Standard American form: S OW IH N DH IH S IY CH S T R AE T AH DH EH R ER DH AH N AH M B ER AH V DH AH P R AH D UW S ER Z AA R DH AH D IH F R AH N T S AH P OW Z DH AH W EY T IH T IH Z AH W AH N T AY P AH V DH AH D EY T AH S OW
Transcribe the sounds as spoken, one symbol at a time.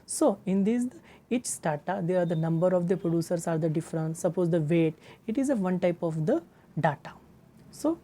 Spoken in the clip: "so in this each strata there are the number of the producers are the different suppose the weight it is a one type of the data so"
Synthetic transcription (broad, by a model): S OW IH N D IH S IY CH S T AA T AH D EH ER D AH N AH M B ER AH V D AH P R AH D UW S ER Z AA R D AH D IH F R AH N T S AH P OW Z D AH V EY T IH T IH Z AH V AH N T AY P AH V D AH D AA T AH S OW